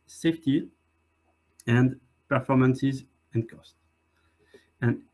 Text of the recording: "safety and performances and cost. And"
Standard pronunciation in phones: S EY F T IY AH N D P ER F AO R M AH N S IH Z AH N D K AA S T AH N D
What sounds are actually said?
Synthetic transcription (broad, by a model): S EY F T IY AH N D P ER F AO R M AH N S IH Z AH N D K AA S T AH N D